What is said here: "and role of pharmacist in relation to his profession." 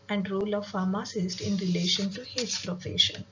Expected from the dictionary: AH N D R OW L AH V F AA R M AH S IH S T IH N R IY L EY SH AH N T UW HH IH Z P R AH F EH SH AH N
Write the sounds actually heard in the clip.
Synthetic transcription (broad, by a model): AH N D R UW L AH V F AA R M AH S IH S T IH N R IY L EY SH AH N T UW HH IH S P R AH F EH SH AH N